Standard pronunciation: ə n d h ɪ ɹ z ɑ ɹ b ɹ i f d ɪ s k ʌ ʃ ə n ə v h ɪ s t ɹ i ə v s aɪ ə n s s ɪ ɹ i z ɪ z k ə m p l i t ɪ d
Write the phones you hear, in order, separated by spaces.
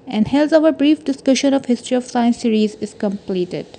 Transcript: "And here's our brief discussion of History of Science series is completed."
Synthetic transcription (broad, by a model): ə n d h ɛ l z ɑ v b ɹ i f d ɪ s k ʌ ʃ ə n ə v h ɪ s t ɹ i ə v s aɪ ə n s s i ɹ i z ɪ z k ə m p l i t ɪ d